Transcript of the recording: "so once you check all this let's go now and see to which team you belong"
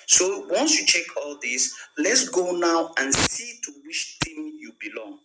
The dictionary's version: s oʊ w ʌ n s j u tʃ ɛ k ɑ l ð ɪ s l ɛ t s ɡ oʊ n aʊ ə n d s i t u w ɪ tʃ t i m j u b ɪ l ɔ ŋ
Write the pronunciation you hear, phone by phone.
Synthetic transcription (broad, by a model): s oʊ w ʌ n s j u tʃ ɛ k ɑ l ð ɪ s l ɛ t s ɡ oʊ n aʊ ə n s i t u w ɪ ʃ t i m j u b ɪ l ɔ ŋ